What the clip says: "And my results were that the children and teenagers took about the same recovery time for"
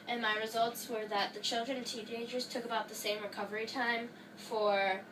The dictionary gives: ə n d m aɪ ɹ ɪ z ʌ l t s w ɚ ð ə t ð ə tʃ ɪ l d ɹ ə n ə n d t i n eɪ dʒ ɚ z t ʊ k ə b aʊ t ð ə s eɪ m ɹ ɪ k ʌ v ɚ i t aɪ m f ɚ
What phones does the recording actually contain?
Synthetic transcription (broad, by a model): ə n m aɪ ɹ ɪ z ʌ l t s w ɚ ð ə t ð ə tʃ ɪ l d ɹ ə n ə n t i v eɪ dʒ ɚ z t ʊ k ə b aʊ t ð ə s eɪ m ɹ ɪ k ʌ v ɚ i t aɪ m f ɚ